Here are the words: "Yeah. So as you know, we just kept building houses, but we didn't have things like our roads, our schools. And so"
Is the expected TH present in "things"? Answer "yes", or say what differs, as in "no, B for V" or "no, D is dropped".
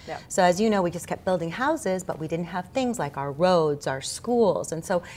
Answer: yes